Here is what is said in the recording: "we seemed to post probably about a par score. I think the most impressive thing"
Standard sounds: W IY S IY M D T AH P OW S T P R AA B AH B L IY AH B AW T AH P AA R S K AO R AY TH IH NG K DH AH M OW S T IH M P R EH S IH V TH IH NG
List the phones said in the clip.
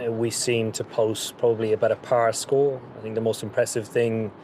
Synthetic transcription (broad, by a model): W IY S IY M T AH P OW S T P R AA B AH B L IY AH B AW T AH P AA R S K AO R AY TH IH NG K DH AH M OW S T IH M P R EH S IH V TH IH NG